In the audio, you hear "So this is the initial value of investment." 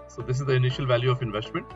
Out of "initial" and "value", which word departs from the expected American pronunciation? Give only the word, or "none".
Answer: none